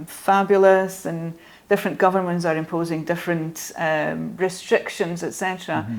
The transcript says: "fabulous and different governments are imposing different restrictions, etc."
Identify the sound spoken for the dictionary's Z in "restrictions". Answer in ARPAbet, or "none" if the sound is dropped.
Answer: Z